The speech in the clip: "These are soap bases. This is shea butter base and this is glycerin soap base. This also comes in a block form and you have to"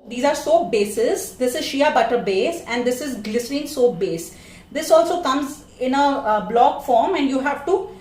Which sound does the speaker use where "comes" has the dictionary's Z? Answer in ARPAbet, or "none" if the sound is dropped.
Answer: Z